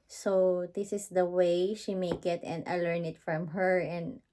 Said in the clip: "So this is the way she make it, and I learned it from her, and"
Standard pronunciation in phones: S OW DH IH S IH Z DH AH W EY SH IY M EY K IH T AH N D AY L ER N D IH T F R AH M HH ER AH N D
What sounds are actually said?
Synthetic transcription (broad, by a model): S OW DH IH S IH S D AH W EY SH IY M EY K IH T AH N D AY L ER N IH T F R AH M HH ER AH N D